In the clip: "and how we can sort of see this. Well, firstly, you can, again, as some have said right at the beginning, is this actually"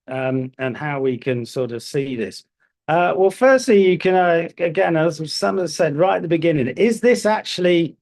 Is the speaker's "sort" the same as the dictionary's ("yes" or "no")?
yes